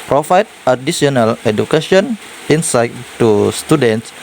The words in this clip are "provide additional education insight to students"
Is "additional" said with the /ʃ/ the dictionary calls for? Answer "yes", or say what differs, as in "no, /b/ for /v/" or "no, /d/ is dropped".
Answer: no, /s/ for /ʃ/